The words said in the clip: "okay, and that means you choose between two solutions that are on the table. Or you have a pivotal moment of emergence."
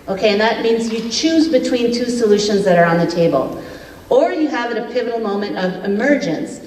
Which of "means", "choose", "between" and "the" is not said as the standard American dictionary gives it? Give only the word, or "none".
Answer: none